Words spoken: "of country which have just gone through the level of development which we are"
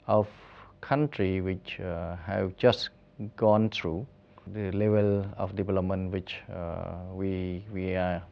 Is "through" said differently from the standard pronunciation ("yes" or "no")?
yes